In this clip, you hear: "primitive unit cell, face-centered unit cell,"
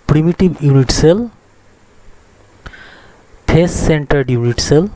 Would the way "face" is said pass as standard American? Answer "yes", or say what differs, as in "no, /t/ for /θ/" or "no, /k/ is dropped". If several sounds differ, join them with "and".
no, /p/ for /f/